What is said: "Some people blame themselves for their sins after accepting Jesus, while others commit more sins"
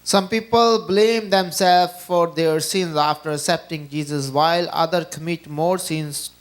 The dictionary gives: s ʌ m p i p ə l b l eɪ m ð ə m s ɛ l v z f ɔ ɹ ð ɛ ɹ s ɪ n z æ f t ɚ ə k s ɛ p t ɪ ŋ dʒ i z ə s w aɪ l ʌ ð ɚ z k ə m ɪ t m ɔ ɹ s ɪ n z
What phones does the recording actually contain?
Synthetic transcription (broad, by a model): s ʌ m p i p ə l b l eɪ m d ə m s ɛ l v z f ɔ ɹ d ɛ ɹ s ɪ n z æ f t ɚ ə k s ɛ p t ɪ ŋ dʒ i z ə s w aɪ l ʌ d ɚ k ə m ɪ t m ɔ ɹ s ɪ n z